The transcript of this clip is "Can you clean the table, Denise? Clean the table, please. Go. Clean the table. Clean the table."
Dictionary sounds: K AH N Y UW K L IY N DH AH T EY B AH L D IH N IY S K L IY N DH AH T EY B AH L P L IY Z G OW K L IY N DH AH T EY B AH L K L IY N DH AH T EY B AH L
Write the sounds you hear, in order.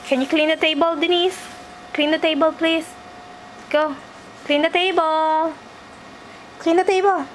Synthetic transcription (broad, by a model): K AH N Y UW K L IY N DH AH T EY B AH L D IH N IY S K L IY N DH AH T EY B AH L P L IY S G OW K L IY N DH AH T EY B AH L K L IY N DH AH T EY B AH L